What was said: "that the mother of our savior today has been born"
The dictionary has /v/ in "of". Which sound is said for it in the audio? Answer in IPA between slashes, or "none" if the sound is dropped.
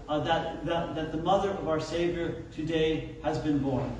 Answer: /v/